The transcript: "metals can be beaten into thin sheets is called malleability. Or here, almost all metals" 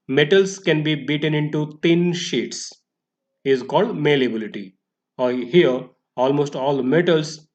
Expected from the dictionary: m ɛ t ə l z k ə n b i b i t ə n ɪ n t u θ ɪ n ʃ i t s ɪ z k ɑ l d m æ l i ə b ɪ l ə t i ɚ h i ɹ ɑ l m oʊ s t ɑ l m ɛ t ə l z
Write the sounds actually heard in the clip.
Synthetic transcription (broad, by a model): m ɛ t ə l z k ə n b i b i t ə n ɪ n t u t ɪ n ʃ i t s ɪ z k ɑ l d m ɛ l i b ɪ l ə t i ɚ h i ɹ ɑ l m oʊ s t ɑ l m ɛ t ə l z